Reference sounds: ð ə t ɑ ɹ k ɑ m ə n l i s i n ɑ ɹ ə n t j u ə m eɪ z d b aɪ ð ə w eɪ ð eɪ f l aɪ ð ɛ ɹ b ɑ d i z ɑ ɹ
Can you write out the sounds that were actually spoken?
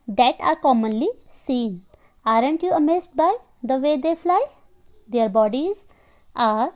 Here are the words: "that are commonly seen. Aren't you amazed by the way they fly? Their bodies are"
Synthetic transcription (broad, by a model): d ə t ɑ ɹ k ɑ m ə n l i s i n ɑ ɹ ə n t j u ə m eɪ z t b aɪ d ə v eɪ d eɪ f l aɪ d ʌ ɹ b ɑ d i z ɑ ɹ